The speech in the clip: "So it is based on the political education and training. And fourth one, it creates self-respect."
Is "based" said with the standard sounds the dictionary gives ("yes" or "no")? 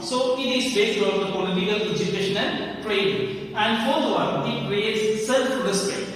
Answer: no